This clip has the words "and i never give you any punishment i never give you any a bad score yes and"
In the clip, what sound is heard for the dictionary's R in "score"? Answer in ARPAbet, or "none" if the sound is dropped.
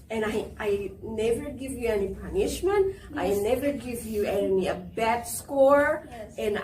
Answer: R